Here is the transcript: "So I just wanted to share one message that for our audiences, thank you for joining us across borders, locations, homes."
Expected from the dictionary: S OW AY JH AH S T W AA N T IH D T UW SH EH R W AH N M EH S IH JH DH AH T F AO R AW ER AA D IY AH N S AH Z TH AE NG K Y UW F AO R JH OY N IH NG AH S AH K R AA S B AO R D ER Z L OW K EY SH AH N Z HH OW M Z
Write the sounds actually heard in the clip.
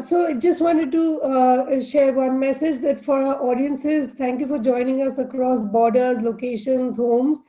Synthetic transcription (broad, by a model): S OW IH JH AH S T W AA N T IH D T UW SH EH R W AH N M EH S IH JH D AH T F AO R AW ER AA D IY AH N S AH Z T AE NG K Y UW F AO R JH OY N IH NG AH S AH K R AA S B AO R D ER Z L OW K EY SH AH N Z HH OW M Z